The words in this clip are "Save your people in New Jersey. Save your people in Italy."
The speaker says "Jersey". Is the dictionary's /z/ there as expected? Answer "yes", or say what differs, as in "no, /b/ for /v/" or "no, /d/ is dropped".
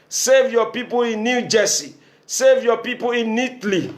no, /s/ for /z/